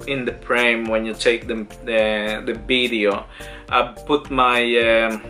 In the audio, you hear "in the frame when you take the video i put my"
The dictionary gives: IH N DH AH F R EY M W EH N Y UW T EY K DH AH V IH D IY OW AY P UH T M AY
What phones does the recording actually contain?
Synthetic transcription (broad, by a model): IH N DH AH P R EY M W EH N Y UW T EY K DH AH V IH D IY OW AY P UH T M AY